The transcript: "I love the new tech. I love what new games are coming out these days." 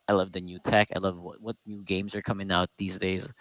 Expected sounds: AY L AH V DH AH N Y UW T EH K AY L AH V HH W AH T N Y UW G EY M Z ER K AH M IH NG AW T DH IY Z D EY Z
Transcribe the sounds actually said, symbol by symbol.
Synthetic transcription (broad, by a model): AY L AH V DH AH N Y UW T EH K AY L AH V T W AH T N Y UW G EY M Z ER K AH M IH NG AW T DH IY Z D EY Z